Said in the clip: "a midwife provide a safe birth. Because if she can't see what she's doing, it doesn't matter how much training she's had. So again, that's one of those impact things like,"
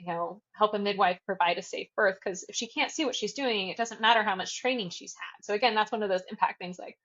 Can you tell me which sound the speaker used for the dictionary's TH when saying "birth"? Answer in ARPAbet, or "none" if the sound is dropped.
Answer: TH